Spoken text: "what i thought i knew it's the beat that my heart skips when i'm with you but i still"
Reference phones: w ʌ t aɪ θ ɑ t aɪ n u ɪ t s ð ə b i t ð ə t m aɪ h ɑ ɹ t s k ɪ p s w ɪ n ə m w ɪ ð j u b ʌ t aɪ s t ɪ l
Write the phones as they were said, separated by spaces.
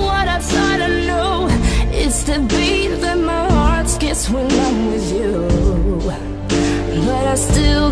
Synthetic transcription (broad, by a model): w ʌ t aɪ s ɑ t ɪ n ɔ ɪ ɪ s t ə b i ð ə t m aɪ h ɑ ɹ t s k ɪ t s w ɪ n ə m w ɪ ð j u b ʌ t aɪ s t ɪ l